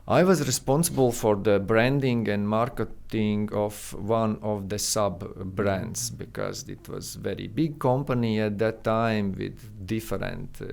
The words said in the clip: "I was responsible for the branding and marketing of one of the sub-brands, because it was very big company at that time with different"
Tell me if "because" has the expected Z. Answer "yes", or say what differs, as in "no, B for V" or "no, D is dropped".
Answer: yes